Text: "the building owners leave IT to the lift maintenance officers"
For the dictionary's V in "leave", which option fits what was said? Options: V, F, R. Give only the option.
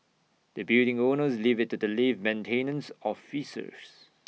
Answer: V